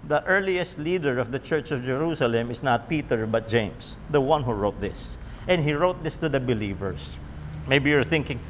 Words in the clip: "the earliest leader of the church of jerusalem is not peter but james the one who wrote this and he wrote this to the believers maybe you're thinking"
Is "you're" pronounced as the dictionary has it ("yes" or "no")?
yes